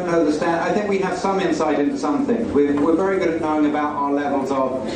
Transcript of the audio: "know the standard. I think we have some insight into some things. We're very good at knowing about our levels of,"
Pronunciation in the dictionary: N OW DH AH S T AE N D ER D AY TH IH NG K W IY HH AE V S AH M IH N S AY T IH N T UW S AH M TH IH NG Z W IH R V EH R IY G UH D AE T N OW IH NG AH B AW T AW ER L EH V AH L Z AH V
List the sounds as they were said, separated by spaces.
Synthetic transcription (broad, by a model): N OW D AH S T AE N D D AY TH IH NG K W IY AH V S AH M IH N S AY T IH N T UW S AH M TH IH NG Z W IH W V EH R IY G UH D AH N OW IH NG AH B AW T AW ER L EH V AH L Z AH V